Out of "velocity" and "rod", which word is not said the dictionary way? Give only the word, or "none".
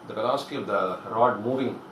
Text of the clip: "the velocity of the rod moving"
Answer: velocity